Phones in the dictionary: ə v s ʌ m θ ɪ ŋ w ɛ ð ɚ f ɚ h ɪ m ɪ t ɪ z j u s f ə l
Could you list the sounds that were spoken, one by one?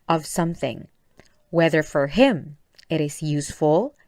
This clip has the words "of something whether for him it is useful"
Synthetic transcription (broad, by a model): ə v s ʌ m θ ɪ ŋ w ɛ ð ɚ f ɚ h ɪ m ɪ t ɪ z j u s f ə l